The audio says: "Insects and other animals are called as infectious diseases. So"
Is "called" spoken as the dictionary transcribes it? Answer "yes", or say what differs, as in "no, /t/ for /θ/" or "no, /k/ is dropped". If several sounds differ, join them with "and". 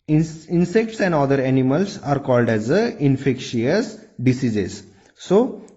yes